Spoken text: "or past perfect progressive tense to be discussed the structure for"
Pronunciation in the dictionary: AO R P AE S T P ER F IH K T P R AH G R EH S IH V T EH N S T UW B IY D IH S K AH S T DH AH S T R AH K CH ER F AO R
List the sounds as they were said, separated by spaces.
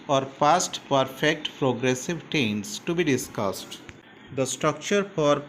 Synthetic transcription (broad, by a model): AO R P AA S T P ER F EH K T P R AH G R EH S IH V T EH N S T UW B IY D IH S K AH S T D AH S T R AH K CH ER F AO R